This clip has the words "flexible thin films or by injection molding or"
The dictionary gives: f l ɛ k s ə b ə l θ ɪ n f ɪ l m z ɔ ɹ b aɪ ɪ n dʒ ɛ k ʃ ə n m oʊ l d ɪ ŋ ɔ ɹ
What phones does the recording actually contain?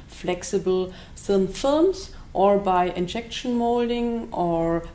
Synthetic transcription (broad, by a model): f l ɛ k s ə b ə l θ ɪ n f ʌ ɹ m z ɔ ɹ b aɪ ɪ n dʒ ɛ k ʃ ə n m oʊ l d ɪ ŋ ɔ ɹ